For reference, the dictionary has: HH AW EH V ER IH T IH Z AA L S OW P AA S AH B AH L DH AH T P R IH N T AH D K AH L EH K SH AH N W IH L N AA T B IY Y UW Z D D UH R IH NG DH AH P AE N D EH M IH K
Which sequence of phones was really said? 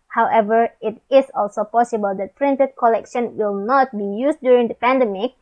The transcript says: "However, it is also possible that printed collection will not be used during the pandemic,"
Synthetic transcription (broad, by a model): HH AW EH V ER IH T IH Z AA L S OW P AA S AH B AH L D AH T P R IH N T AH D K AH L EH K SH AH N W IH L N AA T B IY Y UW S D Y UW R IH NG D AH P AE N D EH M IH K